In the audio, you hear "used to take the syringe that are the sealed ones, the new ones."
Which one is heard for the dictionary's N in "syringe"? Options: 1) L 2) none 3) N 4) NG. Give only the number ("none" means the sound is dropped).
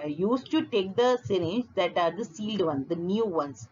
2